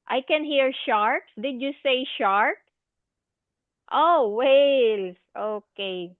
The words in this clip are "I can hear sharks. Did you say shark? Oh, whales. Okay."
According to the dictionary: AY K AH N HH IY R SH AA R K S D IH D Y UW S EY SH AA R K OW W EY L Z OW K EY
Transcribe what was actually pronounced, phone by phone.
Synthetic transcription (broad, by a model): AY K AH N HH IY R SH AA R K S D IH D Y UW S EY SH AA R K OW W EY L S OW K EY